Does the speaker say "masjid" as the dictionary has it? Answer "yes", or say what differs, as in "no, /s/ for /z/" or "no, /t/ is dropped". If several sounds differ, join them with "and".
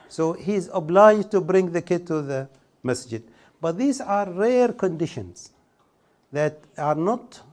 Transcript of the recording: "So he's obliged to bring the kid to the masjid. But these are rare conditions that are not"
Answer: yes